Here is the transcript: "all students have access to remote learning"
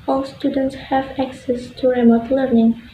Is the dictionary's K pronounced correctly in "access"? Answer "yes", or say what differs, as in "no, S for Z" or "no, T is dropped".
yes